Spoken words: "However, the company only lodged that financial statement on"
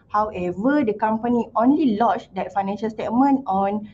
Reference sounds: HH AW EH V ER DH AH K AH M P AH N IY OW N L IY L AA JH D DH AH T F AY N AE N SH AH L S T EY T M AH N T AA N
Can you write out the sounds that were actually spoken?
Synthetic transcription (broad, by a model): HH AW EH V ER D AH K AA M P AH N IY OW N L IY L AA CH D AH T F AY N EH N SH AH L S T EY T M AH N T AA N